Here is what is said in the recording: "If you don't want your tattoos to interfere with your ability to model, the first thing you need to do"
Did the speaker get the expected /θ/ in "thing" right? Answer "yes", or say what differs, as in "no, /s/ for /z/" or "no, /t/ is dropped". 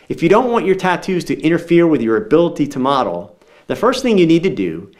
yes